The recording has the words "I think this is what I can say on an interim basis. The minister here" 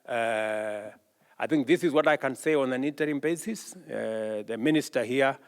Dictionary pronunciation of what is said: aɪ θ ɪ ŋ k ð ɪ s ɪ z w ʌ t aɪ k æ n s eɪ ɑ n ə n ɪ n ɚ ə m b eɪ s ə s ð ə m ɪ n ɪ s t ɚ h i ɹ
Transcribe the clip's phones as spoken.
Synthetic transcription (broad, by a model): aɪ θ ɪ ŋ k ð ɪ s ɪ z w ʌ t aɪ k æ n s eɪ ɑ n ə n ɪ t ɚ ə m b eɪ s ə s ð ə m ɪ n ɪ s t ɚ h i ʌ